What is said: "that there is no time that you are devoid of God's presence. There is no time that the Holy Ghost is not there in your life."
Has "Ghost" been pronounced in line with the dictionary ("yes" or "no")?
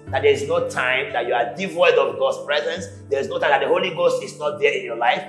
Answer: yes